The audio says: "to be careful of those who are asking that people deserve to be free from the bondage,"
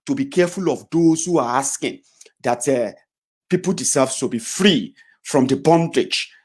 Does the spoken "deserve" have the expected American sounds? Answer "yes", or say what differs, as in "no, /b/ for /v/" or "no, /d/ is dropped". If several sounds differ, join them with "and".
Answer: no, /s/ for /z/